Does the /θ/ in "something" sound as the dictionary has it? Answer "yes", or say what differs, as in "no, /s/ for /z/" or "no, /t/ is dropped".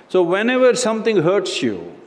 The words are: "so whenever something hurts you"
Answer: no, /t/ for /θ/